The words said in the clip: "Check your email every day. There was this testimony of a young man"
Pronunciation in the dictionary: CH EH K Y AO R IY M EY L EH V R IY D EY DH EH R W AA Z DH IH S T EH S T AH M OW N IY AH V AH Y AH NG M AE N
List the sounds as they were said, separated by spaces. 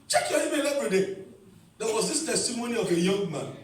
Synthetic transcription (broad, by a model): CH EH K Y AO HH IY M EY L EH P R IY D EY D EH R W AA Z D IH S T EH S T AH M OW N IY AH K AH Y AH NG M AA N